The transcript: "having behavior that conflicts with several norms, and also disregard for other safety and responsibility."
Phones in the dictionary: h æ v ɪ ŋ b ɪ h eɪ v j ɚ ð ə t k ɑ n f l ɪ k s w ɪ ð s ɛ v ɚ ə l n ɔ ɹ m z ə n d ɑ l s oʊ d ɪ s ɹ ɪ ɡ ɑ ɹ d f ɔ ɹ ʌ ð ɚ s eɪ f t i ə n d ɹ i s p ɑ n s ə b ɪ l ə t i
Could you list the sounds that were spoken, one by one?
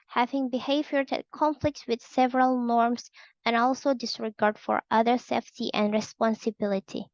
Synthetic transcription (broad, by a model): h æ v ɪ ŋ b ɪ h eɪ v j ɚ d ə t k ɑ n f l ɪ k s w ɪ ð s ɛ v ɚ ə l n ɔ ɹ m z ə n ɑ l s oʊ d ɪ s ɹ ɪ ɡ ɑ ɹ d f ɔ ɹ ʌ ð ɚ s eɪ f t i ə n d ɹ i s p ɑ n s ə b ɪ l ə t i